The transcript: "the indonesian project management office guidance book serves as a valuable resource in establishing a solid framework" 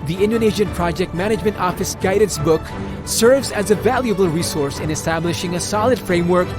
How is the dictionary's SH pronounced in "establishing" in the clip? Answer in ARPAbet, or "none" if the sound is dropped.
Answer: SH